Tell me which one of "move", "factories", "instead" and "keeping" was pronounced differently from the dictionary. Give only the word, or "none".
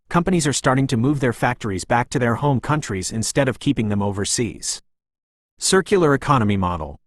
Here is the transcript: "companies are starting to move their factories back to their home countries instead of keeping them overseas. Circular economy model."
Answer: none